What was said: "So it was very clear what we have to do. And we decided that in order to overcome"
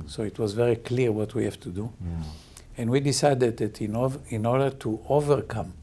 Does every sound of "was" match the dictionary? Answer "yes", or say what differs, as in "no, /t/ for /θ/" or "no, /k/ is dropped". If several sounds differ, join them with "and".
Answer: yes